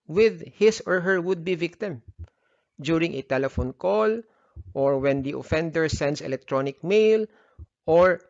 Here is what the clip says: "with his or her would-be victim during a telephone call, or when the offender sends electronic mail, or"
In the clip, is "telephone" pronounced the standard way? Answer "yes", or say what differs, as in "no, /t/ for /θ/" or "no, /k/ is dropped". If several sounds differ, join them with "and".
yes